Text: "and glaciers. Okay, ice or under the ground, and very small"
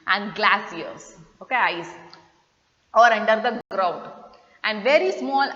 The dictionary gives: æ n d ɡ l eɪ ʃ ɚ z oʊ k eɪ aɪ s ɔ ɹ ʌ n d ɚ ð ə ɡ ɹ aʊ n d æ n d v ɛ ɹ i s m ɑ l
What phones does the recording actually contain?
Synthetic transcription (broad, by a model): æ n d ɡ l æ s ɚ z oʊ k eɪ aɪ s ɔ ɹ ʌ n d ɚ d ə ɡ ɹ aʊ n d æ n d v ɛ ɹ i s m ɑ l